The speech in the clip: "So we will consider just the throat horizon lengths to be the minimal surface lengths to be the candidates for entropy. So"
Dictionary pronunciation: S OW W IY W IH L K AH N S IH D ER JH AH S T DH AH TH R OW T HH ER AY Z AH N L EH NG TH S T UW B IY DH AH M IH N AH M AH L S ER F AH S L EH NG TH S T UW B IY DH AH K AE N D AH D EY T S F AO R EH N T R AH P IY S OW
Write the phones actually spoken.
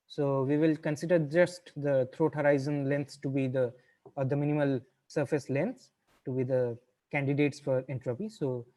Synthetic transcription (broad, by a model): S OW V IY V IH L K AH N S IH D ER JH AH S T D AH T R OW T HH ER AY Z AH N L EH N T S T UW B IY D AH M IH N AH M AH L S ER F AH S L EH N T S T UW B IY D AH K AE N D AH D EY T S F AO R EH N T R AH P IY S OW